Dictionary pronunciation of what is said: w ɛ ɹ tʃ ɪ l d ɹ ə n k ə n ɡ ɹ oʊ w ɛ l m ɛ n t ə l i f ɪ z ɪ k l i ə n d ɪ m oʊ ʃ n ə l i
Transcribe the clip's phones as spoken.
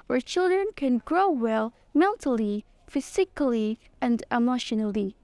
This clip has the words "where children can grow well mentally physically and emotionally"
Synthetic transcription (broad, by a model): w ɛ ɹ tʃ ɪ l d ɹ ə n k ə n ɡ ɹ oʊ w ɛ l m ɛ n t ə l i f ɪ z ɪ k l i ə n d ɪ m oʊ ʃ n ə l i